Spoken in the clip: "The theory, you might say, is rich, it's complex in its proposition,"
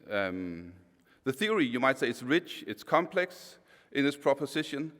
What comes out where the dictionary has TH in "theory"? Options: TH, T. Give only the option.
TH